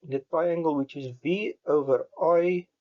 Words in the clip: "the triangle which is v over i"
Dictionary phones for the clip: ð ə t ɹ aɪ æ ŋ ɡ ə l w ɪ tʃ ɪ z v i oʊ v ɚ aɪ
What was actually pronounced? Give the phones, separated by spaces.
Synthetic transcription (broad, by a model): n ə t ɹ aɪ æ ŋ ɡ ə l w ɪ tʃ ɪ z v i oʊ v ɚ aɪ